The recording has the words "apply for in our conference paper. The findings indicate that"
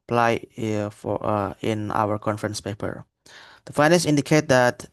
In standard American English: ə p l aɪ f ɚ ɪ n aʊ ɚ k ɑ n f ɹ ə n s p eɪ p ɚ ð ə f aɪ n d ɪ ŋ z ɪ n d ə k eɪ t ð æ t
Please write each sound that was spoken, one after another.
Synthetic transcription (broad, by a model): p l aɪ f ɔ ɪ n aʊ ɚ k ɑ n f ɹ ə n s p eɪ p ɚ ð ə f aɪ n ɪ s ɪ n d ə k eɪ t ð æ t